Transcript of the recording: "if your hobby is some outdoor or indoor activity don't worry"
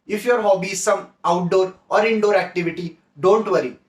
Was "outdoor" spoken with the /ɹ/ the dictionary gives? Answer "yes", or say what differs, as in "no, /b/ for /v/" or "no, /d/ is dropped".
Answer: yes